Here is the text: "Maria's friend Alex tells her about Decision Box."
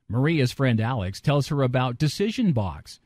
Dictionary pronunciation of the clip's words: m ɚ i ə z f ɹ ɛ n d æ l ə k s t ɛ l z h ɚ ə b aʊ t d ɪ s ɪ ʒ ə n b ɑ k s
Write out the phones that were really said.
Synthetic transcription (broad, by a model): m ɚ i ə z f ɹ ɛ n d æ l ə k s t ɛ l z h ɚ ə b aʊ t d ɪ s ɪ ʒ ə n b ɑ k s